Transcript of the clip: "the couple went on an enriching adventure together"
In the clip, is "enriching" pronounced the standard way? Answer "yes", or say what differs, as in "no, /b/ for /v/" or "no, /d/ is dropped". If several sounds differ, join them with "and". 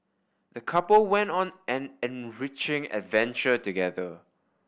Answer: yes